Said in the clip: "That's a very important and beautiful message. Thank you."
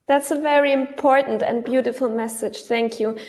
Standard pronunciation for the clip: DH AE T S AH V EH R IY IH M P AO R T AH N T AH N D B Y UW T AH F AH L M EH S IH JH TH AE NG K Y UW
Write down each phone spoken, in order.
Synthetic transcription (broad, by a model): DH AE T S AH V EH R IY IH M P AO R T N T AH N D B Y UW T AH F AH L M EH S IH JH TH AE NG K Y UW